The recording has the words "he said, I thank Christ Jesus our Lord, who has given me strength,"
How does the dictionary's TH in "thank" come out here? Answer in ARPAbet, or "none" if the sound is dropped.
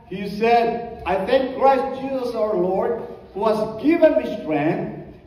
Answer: T